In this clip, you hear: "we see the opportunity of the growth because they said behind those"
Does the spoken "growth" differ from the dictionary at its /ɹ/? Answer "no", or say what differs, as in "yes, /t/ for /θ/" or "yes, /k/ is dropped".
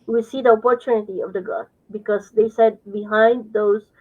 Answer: yes, /ɹ/ is dropped